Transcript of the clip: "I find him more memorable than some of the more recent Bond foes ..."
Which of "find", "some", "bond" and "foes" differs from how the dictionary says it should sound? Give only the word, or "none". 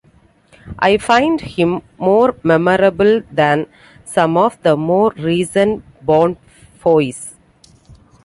foes